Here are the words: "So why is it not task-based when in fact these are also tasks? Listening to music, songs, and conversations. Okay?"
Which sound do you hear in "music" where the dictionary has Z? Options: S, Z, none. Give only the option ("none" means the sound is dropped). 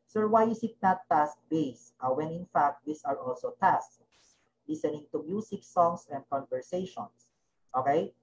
S